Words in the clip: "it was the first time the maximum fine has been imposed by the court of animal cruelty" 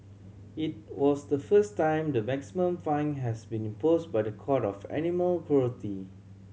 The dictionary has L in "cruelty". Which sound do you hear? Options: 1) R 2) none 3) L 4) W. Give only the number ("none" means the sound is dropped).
2